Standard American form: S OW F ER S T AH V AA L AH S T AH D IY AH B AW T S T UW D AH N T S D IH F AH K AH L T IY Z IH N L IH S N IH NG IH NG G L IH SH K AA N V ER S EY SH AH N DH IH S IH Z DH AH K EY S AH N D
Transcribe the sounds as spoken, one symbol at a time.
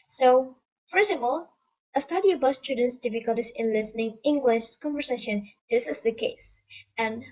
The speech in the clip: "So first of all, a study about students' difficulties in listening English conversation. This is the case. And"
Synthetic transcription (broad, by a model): S OW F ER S AH P AA L AH S T AH D IY AH B AW T S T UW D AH N T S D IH F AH K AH L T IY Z IH N L IH S N IH NG IH NG G L IH SH K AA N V ER S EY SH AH N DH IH S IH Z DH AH K EY S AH N